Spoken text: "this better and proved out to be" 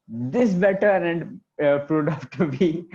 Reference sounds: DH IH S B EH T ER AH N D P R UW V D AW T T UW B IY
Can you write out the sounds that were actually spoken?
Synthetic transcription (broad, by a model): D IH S B EH T ER AH N D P R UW D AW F T UW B IY